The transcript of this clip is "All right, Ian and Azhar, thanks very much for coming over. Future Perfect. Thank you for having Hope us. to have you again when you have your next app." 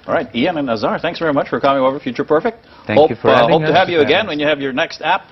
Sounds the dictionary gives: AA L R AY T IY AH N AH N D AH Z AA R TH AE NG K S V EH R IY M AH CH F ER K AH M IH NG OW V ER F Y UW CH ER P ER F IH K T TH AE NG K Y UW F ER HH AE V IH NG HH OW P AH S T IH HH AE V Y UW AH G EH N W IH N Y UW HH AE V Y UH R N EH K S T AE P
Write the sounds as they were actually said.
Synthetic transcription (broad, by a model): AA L R AY T IY AH N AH N AH Z AA R TH AE NG K S V EH R IY M AH CH F ER K AH M IH NG OW V ER F Y UW CH ER P ER F IH K T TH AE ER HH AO IH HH OW UH T IH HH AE V Y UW AH G EH N W IH N Y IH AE V Y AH R N EH K S T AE P